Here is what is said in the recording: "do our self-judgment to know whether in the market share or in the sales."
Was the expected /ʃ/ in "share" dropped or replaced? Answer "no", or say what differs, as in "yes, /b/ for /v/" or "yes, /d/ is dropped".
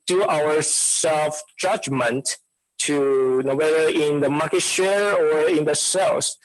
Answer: no